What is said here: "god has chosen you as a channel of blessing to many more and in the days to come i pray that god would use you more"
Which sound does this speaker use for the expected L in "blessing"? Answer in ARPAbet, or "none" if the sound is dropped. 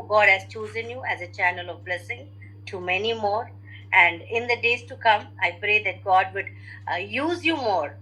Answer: L